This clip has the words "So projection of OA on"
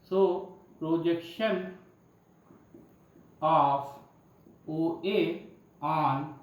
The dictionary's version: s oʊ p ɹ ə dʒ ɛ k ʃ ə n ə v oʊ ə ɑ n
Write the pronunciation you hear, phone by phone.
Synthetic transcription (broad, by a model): s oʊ p ɹ ə dʒ ɛ k ʃ ə n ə f oʊ ə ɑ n